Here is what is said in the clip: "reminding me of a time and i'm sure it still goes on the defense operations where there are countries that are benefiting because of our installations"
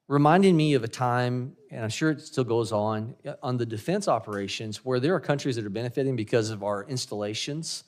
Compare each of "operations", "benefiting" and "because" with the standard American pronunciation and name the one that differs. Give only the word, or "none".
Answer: none